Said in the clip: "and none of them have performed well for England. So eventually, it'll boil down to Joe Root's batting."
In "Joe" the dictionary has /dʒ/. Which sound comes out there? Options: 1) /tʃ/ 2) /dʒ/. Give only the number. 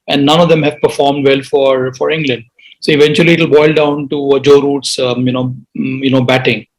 2